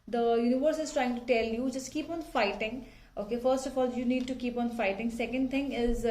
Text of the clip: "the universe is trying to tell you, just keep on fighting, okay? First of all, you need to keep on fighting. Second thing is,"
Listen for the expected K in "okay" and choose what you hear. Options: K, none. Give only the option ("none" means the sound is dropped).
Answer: K